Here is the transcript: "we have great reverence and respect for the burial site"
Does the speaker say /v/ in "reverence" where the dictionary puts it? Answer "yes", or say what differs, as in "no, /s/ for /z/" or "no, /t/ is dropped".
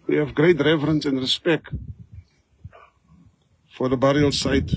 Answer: yes